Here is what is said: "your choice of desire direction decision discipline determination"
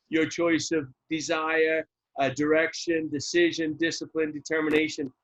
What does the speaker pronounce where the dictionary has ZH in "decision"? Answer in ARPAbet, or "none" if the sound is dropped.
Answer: ZH